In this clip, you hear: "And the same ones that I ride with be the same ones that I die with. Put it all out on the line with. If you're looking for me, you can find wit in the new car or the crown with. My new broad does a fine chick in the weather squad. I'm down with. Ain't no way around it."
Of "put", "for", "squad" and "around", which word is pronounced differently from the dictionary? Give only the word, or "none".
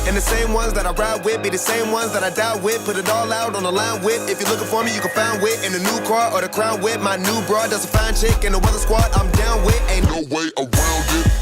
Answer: around